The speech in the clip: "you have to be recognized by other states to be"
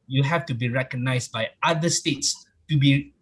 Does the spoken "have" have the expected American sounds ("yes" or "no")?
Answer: no